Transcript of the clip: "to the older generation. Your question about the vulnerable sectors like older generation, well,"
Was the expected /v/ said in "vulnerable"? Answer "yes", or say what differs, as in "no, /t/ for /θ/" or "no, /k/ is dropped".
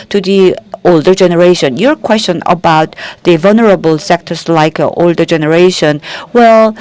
yes